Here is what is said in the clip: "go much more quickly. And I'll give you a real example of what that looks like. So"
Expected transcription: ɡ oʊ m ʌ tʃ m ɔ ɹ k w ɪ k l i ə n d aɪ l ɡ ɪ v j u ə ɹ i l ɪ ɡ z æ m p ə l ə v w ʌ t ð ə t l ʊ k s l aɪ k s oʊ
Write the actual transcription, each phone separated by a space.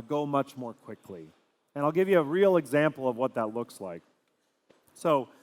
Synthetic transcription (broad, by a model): ɡ oʊ m ʌ tʃ m ɔ ɹ k w ɪ k l i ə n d aɪ l ɡ ɪ v j ə ɹ i l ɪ ɡ z æ m p l ə v w ʌ t ð ə t l ʊ k s l aɪ k s oʊ